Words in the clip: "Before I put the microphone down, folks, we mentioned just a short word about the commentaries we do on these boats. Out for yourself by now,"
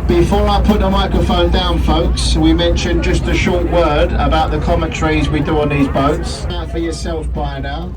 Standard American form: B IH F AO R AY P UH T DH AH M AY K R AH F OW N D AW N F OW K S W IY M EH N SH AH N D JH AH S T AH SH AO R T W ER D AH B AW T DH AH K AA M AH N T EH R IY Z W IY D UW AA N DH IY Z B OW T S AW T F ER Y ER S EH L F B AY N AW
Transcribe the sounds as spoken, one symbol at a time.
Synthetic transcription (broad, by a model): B IH F AO R AY P UH T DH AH M AY K R AH F OW N D AW N F OW K S W IY M EH N SH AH N JH AH S T AH SH AO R T W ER D AH B AW T DH AH K AA M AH N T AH R IY Z W IY D UW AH N DH IY Z B OW T S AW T F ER Y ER S EH L F B AY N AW